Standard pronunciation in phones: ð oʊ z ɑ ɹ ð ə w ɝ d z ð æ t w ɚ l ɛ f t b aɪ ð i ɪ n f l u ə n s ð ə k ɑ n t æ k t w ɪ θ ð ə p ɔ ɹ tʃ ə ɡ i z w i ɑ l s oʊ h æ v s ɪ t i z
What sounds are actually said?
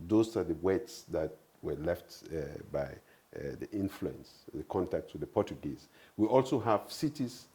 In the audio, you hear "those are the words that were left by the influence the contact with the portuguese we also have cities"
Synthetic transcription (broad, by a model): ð oʊ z ɑ ɹ ð ə w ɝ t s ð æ t w ɚ l ɛ f t b aɪ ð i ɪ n f l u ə n s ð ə k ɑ n t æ k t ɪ ð ə p ɔ ɹ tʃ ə ɡ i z w i ɑ l s oʊ h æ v s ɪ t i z